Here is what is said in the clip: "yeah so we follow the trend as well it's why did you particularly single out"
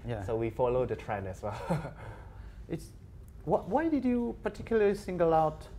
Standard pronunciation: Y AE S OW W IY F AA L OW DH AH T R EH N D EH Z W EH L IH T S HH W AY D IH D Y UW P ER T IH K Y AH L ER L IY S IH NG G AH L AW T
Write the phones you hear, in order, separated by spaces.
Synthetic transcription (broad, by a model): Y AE S OW W IY F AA L OW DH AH T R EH N EH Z W EH L IH T S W W AY D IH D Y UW P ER T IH K Y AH L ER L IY S IH NG G AH L AW T